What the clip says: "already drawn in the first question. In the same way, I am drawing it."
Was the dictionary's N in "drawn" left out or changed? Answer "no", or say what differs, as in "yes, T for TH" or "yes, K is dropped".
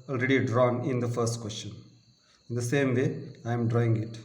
no